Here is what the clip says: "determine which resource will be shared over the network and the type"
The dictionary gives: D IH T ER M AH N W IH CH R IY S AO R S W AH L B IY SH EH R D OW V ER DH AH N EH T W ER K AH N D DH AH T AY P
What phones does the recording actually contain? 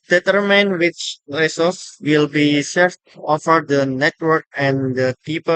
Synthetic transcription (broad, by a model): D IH T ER M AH N W IH CH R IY S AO S W AH L B IY S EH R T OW F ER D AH N EH T W ER K AH N D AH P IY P